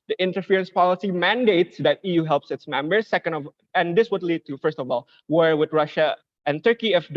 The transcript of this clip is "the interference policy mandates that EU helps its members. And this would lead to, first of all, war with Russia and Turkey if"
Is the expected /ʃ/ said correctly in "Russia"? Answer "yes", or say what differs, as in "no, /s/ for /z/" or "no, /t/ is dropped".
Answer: yes